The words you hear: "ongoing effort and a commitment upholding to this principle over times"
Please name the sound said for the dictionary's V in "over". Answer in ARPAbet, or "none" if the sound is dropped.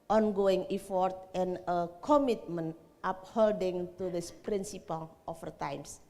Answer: F